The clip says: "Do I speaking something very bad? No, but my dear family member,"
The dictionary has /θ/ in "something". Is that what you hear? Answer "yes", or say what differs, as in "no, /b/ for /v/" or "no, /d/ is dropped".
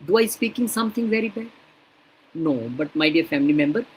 no, /t/ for /θ/